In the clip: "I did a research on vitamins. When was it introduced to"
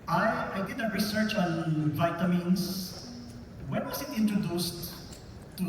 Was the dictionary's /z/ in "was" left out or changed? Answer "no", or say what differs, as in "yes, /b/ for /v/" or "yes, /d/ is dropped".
yes, /s/ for /z/